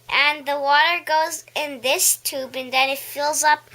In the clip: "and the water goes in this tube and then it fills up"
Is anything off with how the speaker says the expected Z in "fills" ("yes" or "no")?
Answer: no